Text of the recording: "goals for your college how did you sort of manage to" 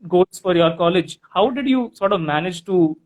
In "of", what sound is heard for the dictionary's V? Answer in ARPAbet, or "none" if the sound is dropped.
V